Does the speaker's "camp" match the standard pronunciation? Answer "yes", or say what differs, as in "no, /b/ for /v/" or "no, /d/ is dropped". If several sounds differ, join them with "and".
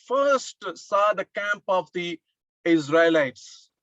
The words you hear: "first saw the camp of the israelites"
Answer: yes